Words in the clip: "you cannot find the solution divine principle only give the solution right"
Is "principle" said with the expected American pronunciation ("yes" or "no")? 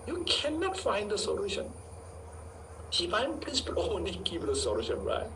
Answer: no